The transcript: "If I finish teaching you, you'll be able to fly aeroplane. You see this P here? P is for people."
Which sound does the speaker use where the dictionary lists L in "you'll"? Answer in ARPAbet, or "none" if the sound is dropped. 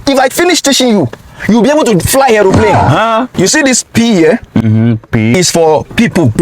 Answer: W